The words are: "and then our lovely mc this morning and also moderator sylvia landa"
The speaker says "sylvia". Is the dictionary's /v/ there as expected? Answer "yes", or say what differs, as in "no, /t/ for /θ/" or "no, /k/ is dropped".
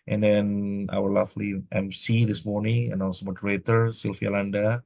no, /f/ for /v/